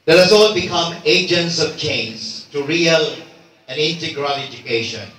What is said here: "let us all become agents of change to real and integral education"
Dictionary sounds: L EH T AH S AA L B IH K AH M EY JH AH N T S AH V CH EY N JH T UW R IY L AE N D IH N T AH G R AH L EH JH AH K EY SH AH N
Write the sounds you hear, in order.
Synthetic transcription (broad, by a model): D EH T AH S AA L B IH K AH M EY JH AH N T S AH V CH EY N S T UW R IY L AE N IH N T AH G R AH L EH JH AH K EY SH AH N